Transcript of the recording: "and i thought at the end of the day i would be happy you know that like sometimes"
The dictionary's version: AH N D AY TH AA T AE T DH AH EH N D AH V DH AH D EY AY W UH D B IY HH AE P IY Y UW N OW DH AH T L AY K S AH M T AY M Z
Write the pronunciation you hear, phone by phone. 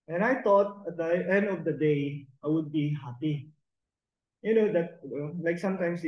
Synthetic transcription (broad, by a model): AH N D AY T AA T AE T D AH EH N D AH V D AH D EY AY W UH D B IY HH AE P IY Y UW N OW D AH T L AY K S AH M T AY M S